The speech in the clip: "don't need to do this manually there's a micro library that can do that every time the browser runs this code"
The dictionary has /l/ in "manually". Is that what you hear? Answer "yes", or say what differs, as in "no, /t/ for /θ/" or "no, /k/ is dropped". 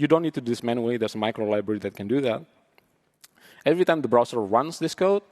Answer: no, /l/ is dropped